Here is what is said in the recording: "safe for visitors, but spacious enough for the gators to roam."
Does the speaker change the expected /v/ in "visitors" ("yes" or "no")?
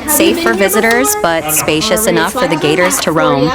no